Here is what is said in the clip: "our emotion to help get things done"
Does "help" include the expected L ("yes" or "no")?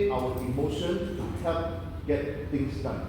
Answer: no